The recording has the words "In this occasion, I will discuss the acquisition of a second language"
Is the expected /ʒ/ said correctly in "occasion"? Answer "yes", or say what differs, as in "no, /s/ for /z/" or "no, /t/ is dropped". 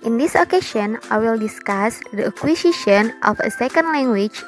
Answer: no, /ʃ/ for /ʒ/